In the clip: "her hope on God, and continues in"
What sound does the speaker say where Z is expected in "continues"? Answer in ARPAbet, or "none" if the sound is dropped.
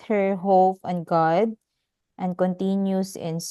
S